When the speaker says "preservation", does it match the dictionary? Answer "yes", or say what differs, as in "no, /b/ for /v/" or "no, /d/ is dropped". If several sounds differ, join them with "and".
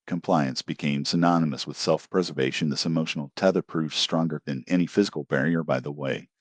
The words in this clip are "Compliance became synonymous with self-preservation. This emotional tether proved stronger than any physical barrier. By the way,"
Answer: yes